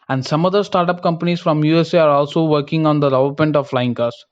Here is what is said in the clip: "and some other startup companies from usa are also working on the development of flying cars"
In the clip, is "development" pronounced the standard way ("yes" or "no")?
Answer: no